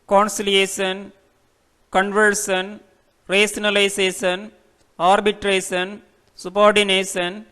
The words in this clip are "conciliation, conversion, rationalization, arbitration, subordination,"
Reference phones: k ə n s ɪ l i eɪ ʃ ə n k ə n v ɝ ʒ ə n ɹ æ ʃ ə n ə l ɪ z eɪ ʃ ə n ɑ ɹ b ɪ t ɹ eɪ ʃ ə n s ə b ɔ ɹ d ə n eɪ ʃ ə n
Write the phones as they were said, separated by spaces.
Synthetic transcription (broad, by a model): k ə n s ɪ l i eɪ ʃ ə n k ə n v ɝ s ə n ɹ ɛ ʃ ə n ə l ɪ s eɪ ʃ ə n ɑ ɹ b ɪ t ɹ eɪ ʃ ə n s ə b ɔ ɹ d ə n eɪ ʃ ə n